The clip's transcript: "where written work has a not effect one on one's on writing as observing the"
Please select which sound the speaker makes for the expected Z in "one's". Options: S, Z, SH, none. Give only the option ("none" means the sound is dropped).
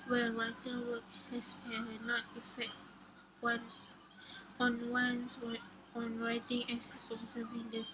S